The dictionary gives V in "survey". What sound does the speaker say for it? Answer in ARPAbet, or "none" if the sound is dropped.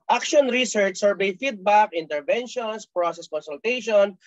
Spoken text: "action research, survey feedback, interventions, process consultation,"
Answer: B